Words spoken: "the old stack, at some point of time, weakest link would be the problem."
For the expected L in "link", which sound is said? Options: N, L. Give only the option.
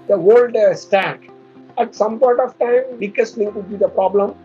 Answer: N